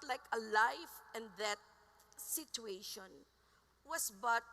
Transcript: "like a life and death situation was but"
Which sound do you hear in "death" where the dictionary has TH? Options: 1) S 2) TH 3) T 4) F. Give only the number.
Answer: 3